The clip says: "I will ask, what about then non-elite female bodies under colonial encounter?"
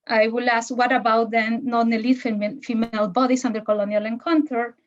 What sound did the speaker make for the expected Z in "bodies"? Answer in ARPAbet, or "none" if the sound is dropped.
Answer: S